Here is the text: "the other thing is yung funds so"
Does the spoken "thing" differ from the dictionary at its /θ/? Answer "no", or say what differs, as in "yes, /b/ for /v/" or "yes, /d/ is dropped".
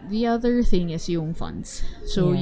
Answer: no